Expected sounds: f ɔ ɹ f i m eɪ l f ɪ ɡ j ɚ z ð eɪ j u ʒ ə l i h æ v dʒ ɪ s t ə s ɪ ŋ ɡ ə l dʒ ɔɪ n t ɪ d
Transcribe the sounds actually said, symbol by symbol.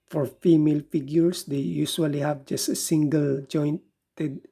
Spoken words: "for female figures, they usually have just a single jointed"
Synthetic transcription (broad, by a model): f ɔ ɹ f i m eɪ l f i ɡ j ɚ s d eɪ j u s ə l i h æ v dʒ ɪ s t ə s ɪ ŋ ɡ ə l dʒ ɔɪ n t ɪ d